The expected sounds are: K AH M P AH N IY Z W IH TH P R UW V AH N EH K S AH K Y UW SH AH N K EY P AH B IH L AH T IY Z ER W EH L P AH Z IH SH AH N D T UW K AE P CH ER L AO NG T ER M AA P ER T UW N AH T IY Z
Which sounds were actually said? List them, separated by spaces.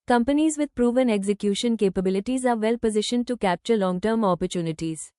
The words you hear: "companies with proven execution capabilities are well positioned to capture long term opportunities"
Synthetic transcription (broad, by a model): K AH M P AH N IY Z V IH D P R UW V AH N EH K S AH K Y UW SH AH N K EY P AH B IH L AH T IY Z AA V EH L P AH Z IH SH AH N D T UW K AE P CH ER L AO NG T ER M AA P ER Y UW N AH T IY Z